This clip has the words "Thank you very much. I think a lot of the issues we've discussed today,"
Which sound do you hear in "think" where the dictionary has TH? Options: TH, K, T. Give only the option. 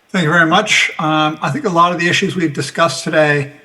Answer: TH